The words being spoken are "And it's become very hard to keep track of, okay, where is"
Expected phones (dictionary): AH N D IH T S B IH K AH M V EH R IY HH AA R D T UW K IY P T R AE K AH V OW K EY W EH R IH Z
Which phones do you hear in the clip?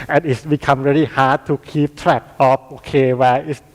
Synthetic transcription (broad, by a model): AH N IH T S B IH K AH M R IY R IY HH AA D T UW K IY P T R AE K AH P OW K EY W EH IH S